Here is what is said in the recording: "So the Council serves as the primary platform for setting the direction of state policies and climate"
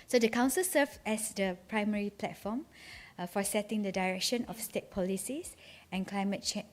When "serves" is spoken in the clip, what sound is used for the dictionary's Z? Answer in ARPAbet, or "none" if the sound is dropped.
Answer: none